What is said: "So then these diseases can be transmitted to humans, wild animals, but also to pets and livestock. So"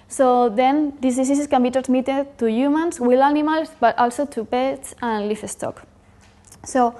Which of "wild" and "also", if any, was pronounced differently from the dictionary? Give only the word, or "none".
wild